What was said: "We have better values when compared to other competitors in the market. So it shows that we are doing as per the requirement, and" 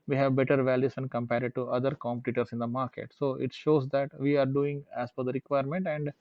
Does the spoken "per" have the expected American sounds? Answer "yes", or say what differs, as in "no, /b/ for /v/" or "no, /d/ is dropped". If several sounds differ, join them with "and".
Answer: no, /f/ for /p/